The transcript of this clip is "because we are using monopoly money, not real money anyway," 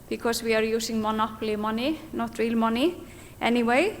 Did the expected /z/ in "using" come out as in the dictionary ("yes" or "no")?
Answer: no